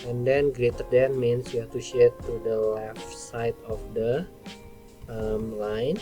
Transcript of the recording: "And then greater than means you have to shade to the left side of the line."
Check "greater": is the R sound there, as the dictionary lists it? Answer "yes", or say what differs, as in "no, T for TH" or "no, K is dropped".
yes